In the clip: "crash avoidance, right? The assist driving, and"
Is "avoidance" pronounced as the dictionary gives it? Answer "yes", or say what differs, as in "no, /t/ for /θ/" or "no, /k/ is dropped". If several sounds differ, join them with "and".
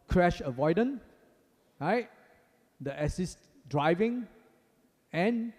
no, /s/ is dropped